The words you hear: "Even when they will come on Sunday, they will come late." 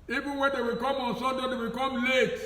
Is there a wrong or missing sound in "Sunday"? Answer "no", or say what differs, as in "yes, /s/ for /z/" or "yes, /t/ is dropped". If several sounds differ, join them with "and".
yes, /n/ is dropped